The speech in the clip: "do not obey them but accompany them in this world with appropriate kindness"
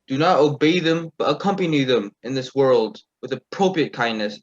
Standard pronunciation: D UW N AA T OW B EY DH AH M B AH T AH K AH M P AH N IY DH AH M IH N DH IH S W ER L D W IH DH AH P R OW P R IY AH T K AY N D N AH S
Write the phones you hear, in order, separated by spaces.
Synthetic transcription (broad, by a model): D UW N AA T OW B EY DH AH M B AH T AH K AH M P AH N IY DH AH M IH N DH IH S W ER L D W IH DH AH P R OW P R IY AH T K AY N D N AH S